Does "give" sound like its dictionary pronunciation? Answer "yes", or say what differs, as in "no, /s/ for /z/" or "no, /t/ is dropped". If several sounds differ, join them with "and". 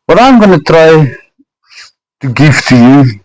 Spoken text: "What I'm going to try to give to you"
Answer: no, /f/ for /v/